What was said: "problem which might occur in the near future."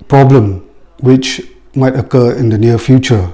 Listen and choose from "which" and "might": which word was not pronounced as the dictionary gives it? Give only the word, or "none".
none